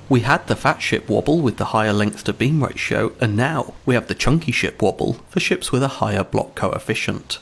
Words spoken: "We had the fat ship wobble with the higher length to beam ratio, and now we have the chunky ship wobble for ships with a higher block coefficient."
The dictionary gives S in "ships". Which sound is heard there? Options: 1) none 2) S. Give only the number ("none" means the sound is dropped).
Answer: 2